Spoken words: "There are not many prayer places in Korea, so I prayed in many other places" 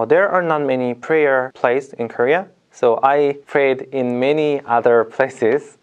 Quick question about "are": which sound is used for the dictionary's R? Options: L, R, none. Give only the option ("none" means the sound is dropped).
R